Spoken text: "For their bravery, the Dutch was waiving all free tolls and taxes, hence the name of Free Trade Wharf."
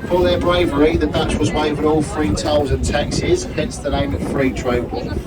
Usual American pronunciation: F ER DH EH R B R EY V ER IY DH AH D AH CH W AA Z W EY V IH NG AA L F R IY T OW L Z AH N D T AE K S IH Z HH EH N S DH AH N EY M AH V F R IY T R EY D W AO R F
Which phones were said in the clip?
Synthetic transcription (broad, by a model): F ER DH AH B R EY V ER IY DH AH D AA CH W AA Z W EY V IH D AA L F R IY T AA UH Z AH N T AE K S IH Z HH EH N S DH AH N EY M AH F R IY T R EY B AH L